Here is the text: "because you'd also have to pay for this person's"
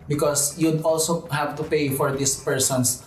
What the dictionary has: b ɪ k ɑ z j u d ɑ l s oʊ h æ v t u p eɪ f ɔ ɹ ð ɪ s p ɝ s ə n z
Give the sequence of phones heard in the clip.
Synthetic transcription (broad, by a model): b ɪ k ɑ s j u d ɑ l s oʊ h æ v t u p eɪ f ɔ ɹ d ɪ s p ɝ s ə n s